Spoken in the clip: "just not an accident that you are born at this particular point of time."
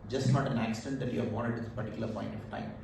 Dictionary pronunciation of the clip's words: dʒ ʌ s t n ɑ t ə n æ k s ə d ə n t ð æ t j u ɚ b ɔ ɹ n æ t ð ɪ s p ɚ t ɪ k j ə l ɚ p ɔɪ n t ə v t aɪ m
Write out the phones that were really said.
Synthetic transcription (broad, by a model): dʒ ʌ s t n ɑ t ə n æ k s ə d ə n t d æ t j u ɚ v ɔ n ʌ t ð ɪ p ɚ t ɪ k j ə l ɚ p ɔɪ n t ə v t aɪ m